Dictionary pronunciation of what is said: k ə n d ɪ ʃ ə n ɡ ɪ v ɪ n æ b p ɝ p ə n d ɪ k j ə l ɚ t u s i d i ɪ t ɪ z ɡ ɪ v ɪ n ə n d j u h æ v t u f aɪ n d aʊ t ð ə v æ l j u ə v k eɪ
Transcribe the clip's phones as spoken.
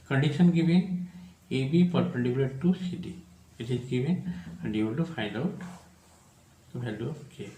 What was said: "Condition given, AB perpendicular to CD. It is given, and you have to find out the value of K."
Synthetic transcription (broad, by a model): k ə n d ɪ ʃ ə n ɡ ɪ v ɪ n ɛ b p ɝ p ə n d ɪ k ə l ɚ t u s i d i ɪ t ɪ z ɡ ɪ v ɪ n ə n d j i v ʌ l t u f aɪ n d aʊ t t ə b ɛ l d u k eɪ